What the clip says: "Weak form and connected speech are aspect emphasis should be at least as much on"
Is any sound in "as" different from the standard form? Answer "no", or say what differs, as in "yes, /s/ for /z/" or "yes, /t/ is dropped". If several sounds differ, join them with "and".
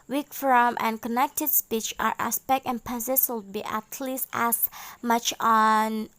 yes, /s/ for /z/